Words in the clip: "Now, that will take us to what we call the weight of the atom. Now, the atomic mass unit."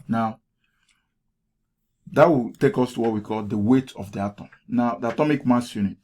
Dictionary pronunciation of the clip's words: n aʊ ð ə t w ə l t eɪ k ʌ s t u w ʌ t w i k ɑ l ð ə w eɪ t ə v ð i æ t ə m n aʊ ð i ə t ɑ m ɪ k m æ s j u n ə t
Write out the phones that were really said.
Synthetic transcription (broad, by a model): n aʊ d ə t w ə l t eɪ k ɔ s t u w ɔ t w i k ɑ l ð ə w eɪ t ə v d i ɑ t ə m n aʊ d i ə t ɑ m ɪ k m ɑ s j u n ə t